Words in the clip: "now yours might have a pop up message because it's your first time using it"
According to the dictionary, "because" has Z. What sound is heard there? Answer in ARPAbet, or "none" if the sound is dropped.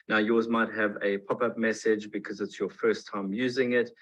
Z